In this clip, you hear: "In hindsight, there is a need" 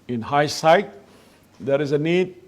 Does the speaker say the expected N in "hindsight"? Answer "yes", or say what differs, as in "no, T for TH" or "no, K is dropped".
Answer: no, N is dropped